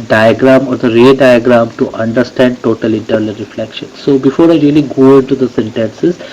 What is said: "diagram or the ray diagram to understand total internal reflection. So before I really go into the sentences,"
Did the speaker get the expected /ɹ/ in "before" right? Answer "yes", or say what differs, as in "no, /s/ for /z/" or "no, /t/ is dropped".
yes